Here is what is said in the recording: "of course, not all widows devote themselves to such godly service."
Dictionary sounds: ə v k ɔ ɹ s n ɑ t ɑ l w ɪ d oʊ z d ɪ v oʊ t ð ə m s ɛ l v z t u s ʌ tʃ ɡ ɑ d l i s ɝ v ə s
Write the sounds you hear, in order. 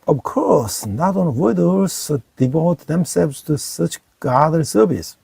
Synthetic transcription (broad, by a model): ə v k ɔ ɹ s n ɑ t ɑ n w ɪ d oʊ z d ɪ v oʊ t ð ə m s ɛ l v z t u s ʌ tʃ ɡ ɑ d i s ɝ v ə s